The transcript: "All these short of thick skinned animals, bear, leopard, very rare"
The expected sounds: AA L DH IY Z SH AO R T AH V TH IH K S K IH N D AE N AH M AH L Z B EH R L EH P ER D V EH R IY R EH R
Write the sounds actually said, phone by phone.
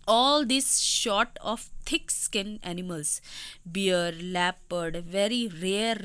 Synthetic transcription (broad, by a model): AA L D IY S SH AO T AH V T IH K S K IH N AE N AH M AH L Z B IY R L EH P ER D V EH R IY R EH R